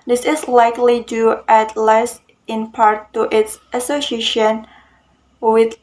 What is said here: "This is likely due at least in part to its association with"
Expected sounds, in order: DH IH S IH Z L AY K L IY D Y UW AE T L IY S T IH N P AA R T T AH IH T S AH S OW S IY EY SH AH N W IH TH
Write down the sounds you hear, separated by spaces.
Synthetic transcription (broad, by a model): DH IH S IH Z L AY K L IY D Y UW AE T L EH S IH N P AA R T T IH T S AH S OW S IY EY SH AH N W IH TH